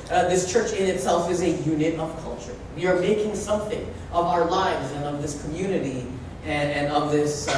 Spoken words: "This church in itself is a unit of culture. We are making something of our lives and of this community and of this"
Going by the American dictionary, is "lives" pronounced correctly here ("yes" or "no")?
yes